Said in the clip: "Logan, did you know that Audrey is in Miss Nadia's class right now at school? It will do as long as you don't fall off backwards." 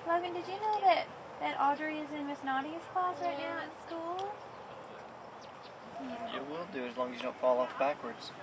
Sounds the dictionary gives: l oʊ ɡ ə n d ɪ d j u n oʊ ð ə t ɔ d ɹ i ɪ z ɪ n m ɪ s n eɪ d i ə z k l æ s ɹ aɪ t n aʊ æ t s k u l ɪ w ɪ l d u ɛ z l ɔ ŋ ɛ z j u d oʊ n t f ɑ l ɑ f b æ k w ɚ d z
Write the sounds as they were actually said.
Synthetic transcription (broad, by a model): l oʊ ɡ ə n d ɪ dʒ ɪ n oʊ ð ə t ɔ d ɹ i ɪ z ɪ n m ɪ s n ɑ d i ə s k l æ s ɹ aɪ t n aʊ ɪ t s k u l ɪ w ɪ l d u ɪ z l ɔ ŋ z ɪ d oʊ n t f ɑ l ɑ f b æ k w ɚ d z